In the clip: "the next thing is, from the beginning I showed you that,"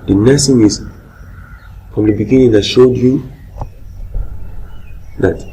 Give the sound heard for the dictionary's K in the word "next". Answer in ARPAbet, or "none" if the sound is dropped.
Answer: none